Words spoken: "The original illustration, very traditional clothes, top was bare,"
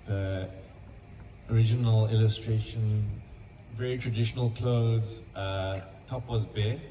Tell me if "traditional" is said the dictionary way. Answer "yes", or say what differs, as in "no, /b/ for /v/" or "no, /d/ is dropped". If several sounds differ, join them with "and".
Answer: yes